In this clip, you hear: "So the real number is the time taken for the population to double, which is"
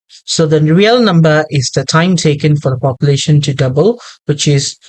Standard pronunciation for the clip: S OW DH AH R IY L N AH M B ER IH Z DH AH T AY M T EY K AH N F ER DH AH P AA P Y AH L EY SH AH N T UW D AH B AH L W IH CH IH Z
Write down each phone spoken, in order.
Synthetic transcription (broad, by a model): S OW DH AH R IY L N AH M B ER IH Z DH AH T AY M T EY K AH N F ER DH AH P AA P Y AH L EY SH AH N T UW D AH B AH L W IH CH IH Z